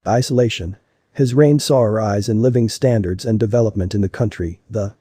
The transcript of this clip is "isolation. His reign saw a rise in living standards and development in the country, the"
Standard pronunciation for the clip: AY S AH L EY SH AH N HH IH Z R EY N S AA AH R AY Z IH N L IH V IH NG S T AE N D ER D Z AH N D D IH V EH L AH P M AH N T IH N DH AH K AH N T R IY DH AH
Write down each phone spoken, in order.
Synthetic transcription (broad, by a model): AY S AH L EY SH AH N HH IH Z R EY N S AA AH R AY Z IH N L IH V IH NG S T AE N D ER D Z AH N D D IH V EH L AH P M AH N T IH N DH AH K AH N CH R IY DH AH